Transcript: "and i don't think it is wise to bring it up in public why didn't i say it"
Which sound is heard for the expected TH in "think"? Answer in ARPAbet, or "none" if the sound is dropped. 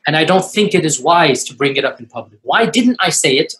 TH